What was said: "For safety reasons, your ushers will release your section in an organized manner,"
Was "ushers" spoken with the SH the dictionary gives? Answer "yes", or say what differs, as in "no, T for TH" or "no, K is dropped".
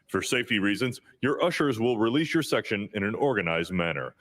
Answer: yes